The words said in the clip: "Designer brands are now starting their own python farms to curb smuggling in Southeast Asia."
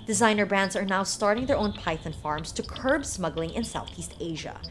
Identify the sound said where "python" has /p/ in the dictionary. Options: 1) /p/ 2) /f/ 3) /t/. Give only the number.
1